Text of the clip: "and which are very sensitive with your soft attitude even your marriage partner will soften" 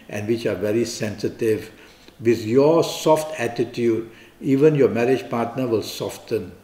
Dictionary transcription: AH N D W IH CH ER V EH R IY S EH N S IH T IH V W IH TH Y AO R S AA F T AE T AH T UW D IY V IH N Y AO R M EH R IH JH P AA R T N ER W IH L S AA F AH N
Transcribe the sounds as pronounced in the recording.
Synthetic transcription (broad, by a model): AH N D W IH CH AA V EH R IY S EH N S IH T IH V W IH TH Y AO S AA F T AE T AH T UW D IY V IH N Y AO M EH R IH JH P AA T N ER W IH L S AA F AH N